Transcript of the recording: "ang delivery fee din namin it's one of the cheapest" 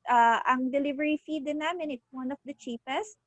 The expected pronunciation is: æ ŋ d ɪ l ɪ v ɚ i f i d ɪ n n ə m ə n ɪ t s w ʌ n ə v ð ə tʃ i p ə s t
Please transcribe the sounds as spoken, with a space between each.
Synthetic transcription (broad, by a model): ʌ ŋ d ɪ l ɪ v ɚ i f i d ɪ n n ə m ə n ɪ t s w ʌ n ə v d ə tʃ i p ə s t